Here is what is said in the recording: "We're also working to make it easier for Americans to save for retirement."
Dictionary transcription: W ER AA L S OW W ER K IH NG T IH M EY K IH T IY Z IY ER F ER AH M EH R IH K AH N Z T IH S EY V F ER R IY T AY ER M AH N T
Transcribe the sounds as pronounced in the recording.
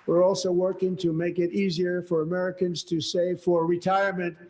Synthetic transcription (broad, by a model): W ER AA L S OW W ER K IH NG T IH M EY K IH T IY Z IY ER F ER AH M EH R IH K AH N Z T IH S EY V F ER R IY T AY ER M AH N T